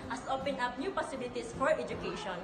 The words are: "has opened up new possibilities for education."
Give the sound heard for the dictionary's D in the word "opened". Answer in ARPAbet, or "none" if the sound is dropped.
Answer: none